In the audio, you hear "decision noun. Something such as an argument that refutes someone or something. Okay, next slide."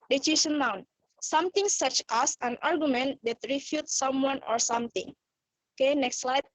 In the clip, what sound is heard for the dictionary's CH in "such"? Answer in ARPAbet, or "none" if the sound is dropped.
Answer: CH